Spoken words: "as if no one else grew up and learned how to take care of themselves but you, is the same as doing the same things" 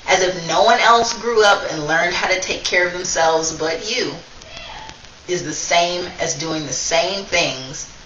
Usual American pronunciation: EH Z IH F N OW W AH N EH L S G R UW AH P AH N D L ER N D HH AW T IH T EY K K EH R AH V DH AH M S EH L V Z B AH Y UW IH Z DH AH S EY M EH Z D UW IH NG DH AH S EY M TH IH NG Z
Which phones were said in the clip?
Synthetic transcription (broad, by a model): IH Z IH F N OW W AH N EH L S G R UW AH P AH N L ER N D HH AW T IH T EY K K EH R AH V DH AH M S EH L V Z B AH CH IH IH Z DH AH S EY M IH Z D UW IH NG DH AH S EY M TH IH NG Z